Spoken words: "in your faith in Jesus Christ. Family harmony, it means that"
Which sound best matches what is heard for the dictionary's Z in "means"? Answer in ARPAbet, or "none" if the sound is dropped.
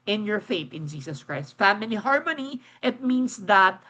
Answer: S